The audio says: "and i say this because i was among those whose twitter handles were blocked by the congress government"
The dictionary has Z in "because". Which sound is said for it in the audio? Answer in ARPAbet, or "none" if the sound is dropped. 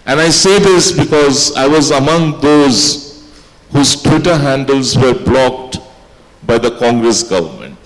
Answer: Z